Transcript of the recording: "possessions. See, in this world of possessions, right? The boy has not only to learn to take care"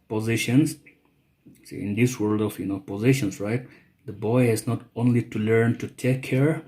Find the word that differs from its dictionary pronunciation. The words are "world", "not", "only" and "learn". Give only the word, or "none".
none